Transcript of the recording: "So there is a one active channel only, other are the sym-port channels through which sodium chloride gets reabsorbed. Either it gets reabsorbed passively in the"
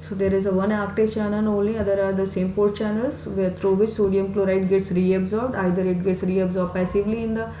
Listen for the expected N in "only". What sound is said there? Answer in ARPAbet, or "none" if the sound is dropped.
none